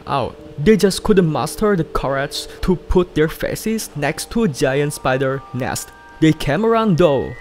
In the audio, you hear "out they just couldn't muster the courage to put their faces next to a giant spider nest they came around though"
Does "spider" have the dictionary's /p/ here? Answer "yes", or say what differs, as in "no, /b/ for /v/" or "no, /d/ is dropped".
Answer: no, /b/ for /p/